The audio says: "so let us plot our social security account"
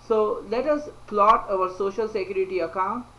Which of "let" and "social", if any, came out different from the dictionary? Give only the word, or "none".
none